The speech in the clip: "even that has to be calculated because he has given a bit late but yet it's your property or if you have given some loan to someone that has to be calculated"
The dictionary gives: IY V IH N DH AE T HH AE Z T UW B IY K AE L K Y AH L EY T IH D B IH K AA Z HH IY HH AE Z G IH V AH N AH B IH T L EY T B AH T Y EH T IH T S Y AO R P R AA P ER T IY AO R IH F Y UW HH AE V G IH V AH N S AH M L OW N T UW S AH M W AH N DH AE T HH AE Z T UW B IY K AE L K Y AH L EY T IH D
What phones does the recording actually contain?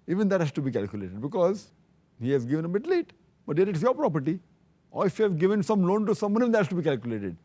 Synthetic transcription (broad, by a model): IY V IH N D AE T HH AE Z T UW B IY K AE L K Y AH L EY T IH D B IH K AA Z HH IY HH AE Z G IH V AH N AH B IH T L EY T B AH T Y EH T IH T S Y AO R P R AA P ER T IY AO R IH F Y UW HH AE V G IH V AH N S AH M L OW N T UW S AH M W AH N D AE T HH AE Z T UW B IY K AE L K Y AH L EY T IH D